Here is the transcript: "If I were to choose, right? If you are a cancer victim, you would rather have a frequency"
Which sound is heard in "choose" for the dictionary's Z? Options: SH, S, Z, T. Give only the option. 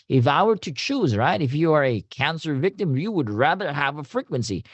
Z